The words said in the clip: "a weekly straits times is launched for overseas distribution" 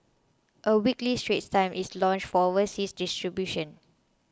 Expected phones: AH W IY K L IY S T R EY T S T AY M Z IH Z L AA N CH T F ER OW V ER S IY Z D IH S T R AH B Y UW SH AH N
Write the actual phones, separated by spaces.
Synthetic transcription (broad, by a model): AH W IY K L IY S T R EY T T AY M IH S L AA N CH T F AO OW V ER S IY S D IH S T R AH B Y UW SH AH N